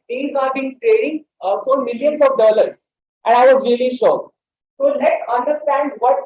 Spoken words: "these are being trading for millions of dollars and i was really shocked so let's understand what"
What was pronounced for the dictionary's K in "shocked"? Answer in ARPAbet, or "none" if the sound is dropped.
none